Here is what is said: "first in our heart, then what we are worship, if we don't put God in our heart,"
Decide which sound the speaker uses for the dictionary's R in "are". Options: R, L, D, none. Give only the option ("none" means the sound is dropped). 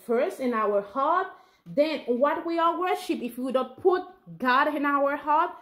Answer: L